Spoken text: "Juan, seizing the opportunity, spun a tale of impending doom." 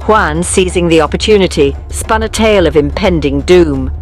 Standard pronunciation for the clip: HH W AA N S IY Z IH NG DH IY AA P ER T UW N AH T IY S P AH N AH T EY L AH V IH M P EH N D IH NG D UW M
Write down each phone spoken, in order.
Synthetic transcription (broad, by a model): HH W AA N S IY Z IH NG DH IY AA P ER T UW N AH T IY S P AH N AH T EY L AH V IH M P EH N D IH NG D UW M